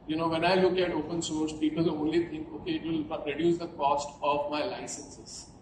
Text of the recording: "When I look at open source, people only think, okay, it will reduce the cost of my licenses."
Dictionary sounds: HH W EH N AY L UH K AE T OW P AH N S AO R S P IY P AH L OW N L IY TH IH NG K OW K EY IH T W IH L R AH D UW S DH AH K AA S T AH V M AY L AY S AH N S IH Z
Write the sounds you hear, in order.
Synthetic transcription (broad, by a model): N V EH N AY L UH K AE T OW P AH N S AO R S P IY P AH L OW N L IY T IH NG K OW K EY IH T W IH L R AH D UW S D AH K AA S T AH V M AY L AY S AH N S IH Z